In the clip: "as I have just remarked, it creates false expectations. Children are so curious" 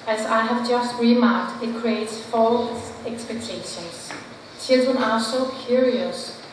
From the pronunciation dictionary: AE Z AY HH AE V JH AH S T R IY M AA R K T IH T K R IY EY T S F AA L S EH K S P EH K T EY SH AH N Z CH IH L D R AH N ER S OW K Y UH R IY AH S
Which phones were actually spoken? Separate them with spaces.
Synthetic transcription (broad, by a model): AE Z AY HH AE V JH AH S T R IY M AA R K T IH T K R IY EY T S F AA L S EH K S P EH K T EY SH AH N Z CH IH L D R AH N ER S OW K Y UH R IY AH S